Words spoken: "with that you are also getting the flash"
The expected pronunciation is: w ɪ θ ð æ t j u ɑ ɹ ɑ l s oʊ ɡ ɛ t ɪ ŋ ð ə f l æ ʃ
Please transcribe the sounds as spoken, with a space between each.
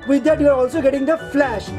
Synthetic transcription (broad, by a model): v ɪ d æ t j u ɑ ɹ ɑ l s oʊ ɡ ɛ t ɪ ŋ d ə f l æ ʃ